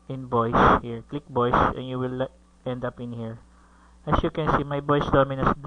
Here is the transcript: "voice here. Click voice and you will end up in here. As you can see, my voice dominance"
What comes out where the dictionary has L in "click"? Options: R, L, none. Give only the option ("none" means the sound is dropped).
L